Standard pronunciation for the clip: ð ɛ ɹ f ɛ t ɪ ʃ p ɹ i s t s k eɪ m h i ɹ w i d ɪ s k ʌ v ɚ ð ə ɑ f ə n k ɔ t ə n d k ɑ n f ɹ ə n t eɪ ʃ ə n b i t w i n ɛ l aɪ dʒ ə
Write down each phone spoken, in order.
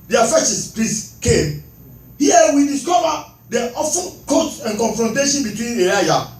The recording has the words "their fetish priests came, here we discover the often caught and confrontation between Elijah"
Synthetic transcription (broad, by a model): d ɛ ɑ f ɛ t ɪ s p l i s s k eɪ m h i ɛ w i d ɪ s k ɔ v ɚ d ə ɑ f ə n k ɔ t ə n k ɑ n f ɹ ə n t eɪ ʃ ə n b i t w i n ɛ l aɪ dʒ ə